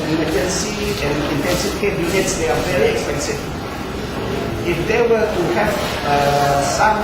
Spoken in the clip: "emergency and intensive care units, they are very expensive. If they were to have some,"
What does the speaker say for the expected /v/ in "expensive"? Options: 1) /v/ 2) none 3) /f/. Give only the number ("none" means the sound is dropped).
2